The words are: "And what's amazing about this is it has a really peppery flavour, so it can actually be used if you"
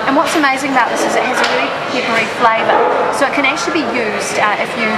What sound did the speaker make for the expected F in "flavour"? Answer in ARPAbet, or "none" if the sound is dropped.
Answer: F